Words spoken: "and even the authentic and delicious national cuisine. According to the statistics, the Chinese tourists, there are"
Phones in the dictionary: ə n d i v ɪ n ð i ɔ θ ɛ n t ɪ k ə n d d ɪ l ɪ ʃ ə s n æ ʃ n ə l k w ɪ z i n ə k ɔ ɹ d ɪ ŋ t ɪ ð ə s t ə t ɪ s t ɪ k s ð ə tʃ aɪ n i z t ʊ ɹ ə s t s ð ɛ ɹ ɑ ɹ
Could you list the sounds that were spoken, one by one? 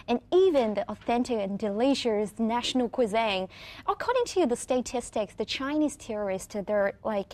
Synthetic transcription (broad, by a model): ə n i v ɪ n ð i ɔ θ ɛ n t ɪ k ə n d d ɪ l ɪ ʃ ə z n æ ʃ n l k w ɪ z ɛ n ə k ɔ ɹ d ɪ ŋ t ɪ ð ə s t ə t ɪ s t ɪ k s ð ə tʃ aɪ n i z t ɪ ɹ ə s t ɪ ð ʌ ɹ ɑ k